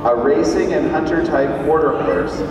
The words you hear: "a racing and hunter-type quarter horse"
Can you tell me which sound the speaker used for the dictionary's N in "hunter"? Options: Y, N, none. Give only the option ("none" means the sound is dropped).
N